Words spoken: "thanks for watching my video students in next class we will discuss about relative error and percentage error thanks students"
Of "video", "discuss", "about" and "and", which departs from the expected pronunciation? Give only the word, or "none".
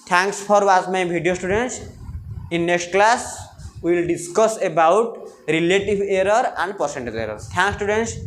video